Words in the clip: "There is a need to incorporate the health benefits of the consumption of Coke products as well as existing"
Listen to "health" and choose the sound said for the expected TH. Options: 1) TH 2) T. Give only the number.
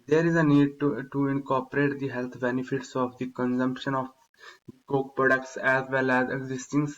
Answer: 2